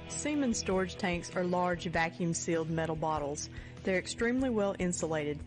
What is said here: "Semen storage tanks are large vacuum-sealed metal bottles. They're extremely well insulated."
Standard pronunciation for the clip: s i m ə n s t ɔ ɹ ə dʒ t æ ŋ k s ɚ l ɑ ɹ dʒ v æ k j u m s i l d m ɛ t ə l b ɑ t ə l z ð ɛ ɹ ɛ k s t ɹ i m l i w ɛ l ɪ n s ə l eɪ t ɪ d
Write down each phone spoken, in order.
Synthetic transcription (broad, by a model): s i m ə n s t ɔ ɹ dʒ t æ ŋ k s ɚ l ɑ ɹ dʒ v æ k j u m s i l d m ɛ t l b ɑ t l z ð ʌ ɹ ɛ k s t ɹ i m l i w ɛ l ɪ n s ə l eɪ t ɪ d